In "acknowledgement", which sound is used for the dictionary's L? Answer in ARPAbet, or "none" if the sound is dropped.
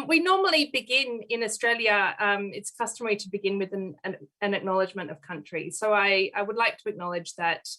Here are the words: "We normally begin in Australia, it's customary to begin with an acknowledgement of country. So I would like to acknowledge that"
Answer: L